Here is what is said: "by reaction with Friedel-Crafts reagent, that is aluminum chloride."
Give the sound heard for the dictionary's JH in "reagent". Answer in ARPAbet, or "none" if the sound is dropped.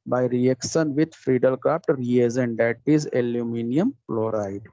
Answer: Z